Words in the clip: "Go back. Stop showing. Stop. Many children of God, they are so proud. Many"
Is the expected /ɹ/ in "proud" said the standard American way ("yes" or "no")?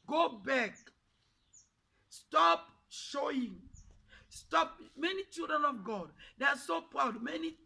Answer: yes